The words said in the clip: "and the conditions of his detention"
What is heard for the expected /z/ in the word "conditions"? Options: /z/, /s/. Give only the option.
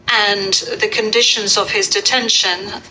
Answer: /z/